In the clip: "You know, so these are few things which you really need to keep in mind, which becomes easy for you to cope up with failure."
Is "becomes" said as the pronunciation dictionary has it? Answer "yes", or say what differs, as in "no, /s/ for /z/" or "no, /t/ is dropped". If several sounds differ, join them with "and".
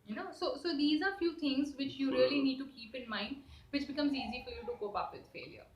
yes